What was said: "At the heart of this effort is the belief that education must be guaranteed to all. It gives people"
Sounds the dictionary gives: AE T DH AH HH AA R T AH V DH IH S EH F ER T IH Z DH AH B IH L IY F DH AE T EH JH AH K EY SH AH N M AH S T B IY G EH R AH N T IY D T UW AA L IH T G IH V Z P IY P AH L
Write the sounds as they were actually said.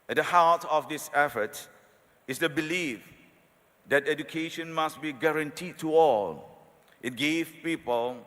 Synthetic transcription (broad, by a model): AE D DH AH HH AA L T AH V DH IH S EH F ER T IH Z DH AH B IH L IY F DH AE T EH JH AH K EY SH AH N M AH S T B IY G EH R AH N T IY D T UW AA L IH T G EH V P IY P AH L